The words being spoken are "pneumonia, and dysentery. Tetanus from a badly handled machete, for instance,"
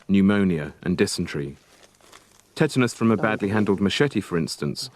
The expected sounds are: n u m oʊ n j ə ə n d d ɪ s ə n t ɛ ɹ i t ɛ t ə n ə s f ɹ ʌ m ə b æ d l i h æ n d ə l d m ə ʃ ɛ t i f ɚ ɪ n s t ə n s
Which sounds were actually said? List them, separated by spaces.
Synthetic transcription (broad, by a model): n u m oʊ n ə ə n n d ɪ s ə n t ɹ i t ɛ t ə n ə s f ɹ ʌ m ə b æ d l i h æ n d ə l d m ə ʃ ɛ t i f ɚ ɪ n s t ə n s